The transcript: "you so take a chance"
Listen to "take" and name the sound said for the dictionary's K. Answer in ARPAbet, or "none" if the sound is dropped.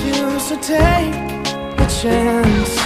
none